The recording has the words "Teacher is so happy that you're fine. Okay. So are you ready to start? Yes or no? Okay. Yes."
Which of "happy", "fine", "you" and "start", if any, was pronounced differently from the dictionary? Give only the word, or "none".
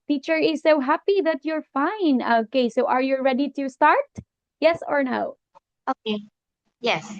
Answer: none